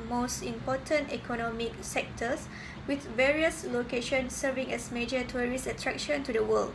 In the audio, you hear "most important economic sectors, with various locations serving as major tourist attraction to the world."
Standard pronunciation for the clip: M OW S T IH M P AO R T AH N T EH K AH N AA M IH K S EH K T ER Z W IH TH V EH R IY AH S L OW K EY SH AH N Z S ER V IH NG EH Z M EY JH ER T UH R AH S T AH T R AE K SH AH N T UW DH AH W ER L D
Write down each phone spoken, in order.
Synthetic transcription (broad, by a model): M OW S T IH M P AO T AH N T EH K AH N AA M IH K S EH K T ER S W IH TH V EH R IY AH S L OW K EY SH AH N S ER V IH NG EH S M EY JH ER T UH R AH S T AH T R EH K SH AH N T UW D AH W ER L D